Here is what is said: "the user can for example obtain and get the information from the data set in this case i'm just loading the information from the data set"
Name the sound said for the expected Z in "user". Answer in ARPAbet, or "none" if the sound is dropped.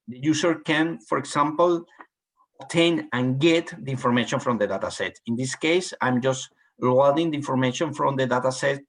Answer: S